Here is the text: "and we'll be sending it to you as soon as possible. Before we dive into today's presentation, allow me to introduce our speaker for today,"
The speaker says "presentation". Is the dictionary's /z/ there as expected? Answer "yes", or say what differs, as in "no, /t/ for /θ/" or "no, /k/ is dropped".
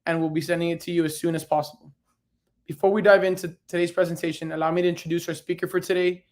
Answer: yes